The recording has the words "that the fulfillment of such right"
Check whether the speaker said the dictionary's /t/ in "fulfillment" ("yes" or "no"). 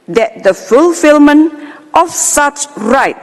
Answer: yes